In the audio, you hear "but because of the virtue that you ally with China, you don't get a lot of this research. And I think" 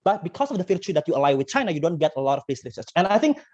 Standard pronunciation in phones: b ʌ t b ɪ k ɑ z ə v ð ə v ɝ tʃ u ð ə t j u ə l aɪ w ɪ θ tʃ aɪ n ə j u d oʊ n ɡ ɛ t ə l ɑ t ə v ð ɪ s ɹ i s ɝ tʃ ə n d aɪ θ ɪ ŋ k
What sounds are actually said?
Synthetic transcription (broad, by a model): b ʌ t b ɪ k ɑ s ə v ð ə f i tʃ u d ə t j u ə l aɪ w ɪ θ tʃ aɪ n ə j u d oʊ n ɡ ɛ t ə l ɑ t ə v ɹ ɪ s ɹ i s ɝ s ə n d aɪ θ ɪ ŋ k